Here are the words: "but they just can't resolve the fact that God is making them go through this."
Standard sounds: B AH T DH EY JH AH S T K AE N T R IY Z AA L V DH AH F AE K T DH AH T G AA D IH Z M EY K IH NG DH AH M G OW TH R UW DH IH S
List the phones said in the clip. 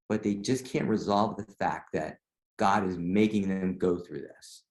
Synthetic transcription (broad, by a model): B AH T DH EY JH AH S K AE N T R IY Z AA L V DH AH F AE K T DH AH T G AA D IH Z M EY K IH NG DH AH M G OW TH R UW DH IH S